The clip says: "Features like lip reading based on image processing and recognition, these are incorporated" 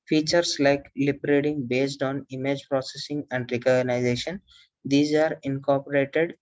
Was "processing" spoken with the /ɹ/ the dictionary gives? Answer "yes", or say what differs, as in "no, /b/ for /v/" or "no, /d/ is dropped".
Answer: yes